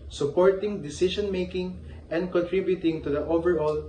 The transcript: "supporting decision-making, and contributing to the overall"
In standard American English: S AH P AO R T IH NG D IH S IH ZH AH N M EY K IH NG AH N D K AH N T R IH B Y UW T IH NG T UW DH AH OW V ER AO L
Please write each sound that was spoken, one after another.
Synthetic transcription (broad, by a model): S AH P AO R T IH NG D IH S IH SH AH N M EY K IH NG AH N D K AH N T R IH B Y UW T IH NG T UW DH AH OW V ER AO L